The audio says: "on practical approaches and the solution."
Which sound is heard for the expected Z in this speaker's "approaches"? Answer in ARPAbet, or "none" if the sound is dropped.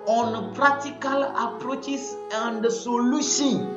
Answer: S